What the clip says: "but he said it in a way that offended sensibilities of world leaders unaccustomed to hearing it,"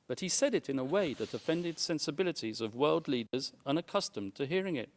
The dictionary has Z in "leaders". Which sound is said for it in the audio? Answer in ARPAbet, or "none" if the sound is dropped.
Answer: Z